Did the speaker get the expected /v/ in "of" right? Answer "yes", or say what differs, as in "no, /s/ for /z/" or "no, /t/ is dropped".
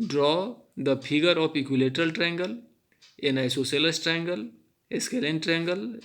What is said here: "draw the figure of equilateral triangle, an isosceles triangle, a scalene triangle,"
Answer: no, /p/ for /v/